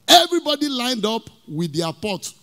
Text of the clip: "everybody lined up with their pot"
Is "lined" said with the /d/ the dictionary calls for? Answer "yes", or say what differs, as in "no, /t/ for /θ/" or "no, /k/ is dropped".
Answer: yes